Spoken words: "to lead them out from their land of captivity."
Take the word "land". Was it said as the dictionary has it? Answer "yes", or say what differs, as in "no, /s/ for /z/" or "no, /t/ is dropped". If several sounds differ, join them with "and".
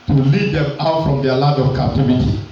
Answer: no, /n/ is dropped